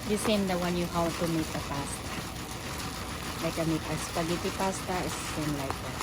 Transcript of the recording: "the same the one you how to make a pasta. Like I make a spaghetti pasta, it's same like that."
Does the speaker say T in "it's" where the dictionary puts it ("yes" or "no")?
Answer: no